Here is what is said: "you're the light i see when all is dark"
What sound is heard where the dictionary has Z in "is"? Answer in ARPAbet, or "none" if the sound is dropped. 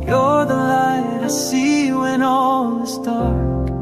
S